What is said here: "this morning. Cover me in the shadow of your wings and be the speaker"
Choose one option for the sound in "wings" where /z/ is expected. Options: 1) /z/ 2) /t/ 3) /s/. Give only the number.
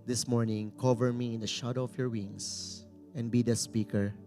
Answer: 3